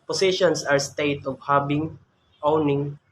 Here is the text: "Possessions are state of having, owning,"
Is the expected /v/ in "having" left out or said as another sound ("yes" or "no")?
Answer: yes